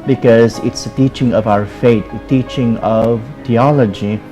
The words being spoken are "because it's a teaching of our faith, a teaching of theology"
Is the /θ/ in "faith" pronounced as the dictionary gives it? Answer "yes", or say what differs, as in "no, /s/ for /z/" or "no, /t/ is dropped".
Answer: no, /t/ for /θ/